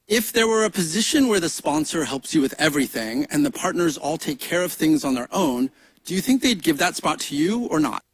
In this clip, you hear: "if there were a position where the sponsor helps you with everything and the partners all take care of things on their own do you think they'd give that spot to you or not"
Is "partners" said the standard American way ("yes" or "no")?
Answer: yes